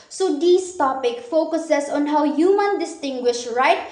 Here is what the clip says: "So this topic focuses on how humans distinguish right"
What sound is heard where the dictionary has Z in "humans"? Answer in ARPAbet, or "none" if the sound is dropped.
none